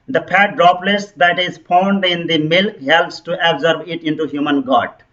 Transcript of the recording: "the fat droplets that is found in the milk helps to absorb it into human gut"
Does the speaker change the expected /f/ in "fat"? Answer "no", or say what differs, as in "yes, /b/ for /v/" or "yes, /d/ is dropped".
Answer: yes, /p/ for /f/